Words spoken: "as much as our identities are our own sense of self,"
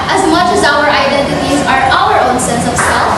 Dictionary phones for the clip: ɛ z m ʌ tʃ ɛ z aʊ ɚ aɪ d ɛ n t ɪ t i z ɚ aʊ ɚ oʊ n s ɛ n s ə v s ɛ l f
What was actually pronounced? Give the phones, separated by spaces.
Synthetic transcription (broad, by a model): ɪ z m ʌ tʃ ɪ z aʊ ɚ aɪ d ɛ n t ɪ t i z ɚ aʊ ɚ oʊ n s ɛ n s ə v s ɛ l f